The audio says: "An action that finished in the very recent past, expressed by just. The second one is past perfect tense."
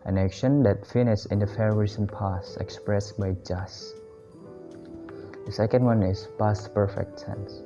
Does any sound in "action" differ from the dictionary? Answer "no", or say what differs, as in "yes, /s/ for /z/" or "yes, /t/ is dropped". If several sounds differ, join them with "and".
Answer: no